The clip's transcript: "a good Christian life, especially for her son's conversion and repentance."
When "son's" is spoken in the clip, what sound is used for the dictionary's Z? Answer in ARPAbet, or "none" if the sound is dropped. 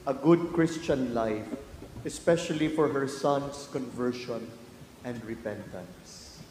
S